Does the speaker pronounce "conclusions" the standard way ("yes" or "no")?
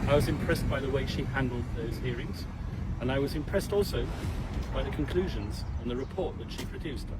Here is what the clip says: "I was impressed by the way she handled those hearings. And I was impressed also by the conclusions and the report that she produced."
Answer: yes